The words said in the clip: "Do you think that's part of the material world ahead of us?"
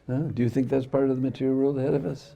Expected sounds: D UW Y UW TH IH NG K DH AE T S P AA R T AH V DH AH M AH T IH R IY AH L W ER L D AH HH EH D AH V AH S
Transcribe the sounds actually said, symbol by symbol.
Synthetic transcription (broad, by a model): D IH Y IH TH IH NG K DH AE T S P AA R T AH V DH AH M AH T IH R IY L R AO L AH HH EH D AH V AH S